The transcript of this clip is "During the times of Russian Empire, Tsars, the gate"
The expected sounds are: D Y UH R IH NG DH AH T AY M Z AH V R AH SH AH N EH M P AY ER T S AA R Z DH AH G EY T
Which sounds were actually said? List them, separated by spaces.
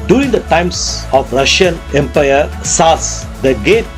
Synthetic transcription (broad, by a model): D Y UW R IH NG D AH T AY M S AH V R AH SH AH N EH M P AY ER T S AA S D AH G EY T